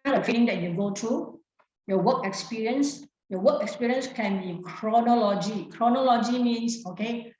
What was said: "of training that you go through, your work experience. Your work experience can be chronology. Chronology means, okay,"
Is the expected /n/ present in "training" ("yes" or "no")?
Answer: no